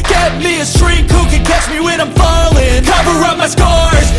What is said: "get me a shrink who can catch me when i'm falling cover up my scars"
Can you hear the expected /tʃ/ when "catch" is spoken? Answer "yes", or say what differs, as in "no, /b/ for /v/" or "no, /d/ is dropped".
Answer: yes